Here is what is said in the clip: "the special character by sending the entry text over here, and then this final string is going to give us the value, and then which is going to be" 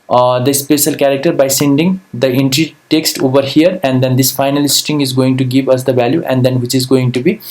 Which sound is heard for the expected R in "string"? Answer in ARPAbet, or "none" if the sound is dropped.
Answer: none